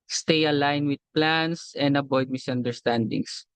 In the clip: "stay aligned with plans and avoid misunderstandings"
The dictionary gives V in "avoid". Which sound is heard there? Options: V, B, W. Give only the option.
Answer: B